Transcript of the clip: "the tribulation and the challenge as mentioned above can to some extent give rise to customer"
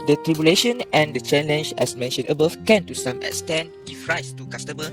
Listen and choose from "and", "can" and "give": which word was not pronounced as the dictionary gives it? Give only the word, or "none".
give